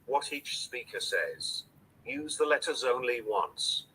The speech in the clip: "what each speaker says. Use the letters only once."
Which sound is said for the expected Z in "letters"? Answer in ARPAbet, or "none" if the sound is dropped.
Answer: Z